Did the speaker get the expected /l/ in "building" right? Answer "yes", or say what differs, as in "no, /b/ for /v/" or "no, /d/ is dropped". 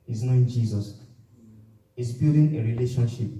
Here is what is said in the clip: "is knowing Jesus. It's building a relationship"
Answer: no, /l/ is dropped